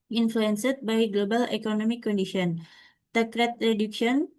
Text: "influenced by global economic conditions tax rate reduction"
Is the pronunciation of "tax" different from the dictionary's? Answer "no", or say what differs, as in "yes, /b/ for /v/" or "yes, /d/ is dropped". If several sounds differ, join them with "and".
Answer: yes, /s/ is dropped